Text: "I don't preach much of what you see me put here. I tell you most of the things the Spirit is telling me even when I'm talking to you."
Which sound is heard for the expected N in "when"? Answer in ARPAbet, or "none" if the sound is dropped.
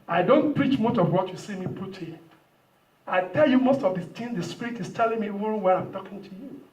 none